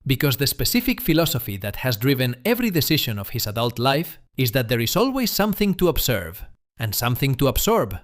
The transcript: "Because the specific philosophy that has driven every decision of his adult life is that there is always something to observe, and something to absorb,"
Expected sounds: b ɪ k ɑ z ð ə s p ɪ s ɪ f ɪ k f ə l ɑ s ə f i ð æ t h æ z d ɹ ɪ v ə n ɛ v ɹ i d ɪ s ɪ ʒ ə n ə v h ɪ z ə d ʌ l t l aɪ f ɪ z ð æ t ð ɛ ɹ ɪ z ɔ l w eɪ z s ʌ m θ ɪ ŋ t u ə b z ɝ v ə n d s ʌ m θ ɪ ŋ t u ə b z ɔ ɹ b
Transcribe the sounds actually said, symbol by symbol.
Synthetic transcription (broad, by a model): b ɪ k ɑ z ð ə s p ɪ s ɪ f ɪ k f ə l ɑ s ə f i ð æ t h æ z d ɹ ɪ v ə n ɛ v ɹ i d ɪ s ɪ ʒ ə n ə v h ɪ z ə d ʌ l t l aɪ f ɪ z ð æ t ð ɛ ɹ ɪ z ɔ l w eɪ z s ʌ m θ ɪ ŋ t u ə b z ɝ v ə n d s ʌ m θ ɪ ŋ t u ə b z ɔ ɹ b